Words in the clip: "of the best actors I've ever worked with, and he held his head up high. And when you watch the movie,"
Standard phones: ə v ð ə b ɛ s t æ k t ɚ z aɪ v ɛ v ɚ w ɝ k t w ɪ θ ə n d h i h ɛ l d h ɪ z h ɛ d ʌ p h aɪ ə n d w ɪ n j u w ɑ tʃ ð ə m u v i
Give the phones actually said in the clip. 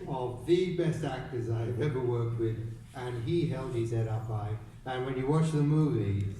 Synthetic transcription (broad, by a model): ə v ð ə b ɛ s t æ k t ɚ z aɪ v ɛ v ɚ w ɝ k t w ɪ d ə n i h ɛ l d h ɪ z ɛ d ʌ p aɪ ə n w ɪ n j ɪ w ɑ tʃ ð ə m u v i